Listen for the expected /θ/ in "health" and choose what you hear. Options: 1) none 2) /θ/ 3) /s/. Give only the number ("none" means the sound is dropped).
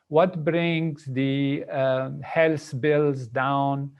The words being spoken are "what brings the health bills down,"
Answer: 3